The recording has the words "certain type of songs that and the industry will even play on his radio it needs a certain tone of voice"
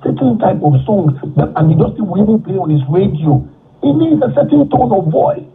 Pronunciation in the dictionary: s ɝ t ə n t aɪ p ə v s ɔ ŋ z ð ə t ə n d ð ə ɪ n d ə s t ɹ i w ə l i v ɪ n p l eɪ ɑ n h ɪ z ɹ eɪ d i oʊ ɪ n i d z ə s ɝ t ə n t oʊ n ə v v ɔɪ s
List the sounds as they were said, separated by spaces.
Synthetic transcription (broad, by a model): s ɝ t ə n t aɪ p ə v s ɔ ŋ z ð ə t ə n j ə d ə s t i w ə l i v ɪ n p l eɪ ɑ n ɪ s ɹ eɪ d i oʊ ɪ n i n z ə s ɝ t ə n t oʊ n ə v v ɔɪ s